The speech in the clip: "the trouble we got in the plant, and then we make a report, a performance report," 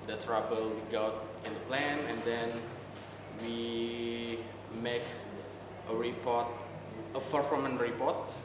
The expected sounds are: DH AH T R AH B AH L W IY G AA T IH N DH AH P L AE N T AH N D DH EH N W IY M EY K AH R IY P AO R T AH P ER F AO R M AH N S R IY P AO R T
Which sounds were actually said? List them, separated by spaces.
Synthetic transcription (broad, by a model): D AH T R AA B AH L W IY G AA T IH N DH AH P L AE N AH N D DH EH N W IY M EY K AH R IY P AO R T AH F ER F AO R M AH N R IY P AO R T